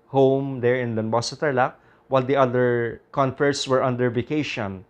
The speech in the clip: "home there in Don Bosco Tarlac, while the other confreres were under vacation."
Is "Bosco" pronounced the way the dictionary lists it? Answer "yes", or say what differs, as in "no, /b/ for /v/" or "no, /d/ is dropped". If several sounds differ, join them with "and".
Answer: no, /k/ is dropped